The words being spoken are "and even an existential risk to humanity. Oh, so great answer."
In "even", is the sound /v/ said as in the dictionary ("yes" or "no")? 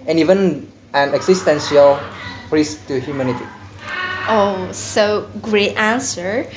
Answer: yes